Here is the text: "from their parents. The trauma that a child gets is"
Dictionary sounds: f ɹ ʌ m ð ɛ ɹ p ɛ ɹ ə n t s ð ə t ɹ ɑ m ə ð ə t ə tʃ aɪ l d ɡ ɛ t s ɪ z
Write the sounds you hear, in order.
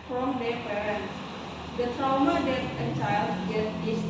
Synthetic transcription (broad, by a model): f ɹ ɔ m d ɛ p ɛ ɹ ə n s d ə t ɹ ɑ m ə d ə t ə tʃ aɪ l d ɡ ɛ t ɪ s